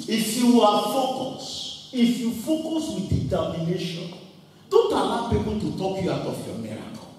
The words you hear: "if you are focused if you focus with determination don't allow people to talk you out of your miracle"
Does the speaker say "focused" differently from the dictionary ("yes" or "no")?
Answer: yes